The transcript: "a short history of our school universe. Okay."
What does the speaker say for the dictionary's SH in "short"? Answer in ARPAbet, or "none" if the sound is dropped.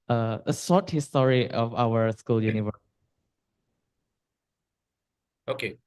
S